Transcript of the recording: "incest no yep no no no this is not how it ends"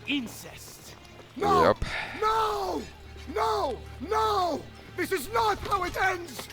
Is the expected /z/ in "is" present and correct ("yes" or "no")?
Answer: yes